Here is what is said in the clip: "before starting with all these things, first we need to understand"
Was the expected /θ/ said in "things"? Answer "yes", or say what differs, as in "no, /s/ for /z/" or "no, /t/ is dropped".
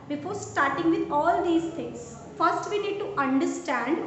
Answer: no, /t/ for /θ/